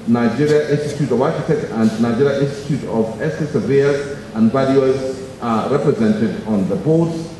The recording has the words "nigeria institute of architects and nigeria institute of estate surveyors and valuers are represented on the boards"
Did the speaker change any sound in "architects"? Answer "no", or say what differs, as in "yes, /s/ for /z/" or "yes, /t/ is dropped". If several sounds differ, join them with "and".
yes, /s/ is dropped